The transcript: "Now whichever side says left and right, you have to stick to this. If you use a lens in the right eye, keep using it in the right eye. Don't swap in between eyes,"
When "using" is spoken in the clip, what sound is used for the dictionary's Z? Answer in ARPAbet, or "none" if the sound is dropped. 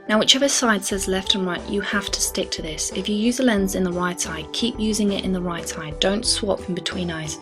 Z